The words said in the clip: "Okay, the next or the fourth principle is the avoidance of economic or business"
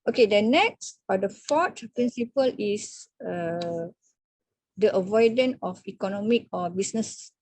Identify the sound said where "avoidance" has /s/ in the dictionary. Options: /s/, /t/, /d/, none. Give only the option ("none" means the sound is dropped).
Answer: none